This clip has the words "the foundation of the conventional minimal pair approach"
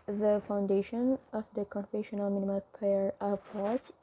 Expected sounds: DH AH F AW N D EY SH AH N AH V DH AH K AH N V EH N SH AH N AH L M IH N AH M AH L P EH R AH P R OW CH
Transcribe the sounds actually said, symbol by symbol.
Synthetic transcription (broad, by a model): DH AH F AW N D EY SH AH N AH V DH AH K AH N F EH SH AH N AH L M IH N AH M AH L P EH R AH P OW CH